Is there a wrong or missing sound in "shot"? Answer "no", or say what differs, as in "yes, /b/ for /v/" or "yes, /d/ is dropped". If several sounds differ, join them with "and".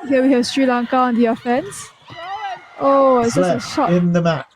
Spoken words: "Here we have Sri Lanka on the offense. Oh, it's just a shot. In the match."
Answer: yes, /t/ is dropped